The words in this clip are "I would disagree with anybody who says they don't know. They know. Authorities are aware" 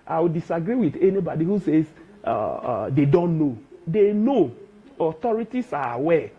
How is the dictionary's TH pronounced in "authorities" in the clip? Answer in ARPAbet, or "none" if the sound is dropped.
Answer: T